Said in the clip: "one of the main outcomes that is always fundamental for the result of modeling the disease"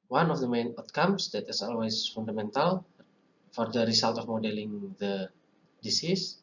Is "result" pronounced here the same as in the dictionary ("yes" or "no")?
no